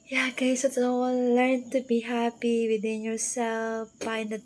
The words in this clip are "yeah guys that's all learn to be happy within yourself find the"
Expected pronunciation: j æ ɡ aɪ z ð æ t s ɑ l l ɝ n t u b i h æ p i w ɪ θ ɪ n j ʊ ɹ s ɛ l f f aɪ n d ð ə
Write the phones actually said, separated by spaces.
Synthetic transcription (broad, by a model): j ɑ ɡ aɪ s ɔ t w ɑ n l ɝ n t u b i h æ p i w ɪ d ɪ n j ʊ ɹ s ɛ l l f aɪ n d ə